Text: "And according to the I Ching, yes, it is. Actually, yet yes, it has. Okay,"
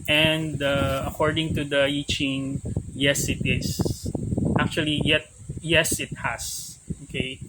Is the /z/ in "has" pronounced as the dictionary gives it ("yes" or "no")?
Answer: no